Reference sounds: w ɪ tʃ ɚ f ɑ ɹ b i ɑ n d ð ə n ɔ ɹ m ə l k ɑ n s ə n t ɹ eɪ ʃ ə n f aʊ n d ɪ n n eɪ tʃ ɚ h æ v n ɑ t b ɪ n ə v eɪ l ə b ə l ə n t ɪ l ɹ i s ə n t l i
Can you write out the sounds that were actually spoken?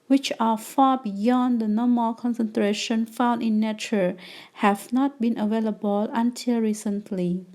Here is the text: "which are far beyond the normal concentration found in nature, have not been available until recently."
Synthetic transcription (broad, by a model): w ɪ tʃ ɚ f ɑ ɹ b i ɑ n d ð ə n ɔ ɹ m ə l k ɑ n s ə n t ɹ eɪ ʃ ə n f aʊ n d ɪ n n eɪ tʃ ɚ h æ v n ɑ t b ɪ n ə v eɪ l ə b ə l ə n t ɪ l ɹ i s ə n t l i